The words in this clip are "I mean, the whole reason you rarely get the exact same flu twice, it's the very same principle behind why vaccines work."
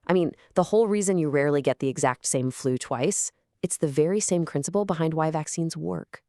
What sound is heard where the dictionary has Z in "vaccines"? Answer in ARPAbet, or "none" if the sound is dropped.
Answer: Z